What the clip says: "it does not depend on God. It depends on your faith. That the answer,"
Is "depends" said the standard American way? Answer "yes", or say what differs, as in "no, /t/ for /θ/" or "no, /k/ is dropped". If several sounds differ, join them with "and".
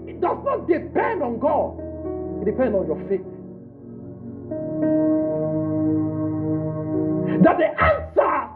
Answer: no, /z/ is dropped